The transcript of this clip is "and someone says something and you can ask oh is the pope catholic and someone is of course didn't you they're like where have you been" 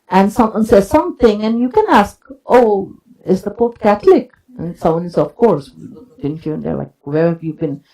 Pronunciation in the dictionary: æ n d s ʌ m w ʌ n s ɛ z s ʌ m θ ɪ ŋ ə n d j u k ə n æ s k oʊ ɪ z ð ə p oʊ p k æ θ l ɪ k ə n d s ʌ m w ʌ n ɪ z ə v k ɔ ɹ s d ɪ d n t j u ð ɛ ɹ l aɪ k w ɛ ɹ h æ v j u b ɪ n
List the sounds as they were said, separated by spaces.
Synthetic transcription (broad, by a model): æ n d s ʌ m w ʌ n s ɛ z s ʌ m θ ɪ ŋ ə n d j u k ə n æ s k oʊ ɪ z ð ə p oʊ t k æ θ l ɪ k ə n s ʌ m w ʌ n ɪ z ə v k ɔ ɹ s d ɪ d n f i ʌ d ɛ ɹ l aɪ k w ɛ ɹ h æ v j u b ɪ n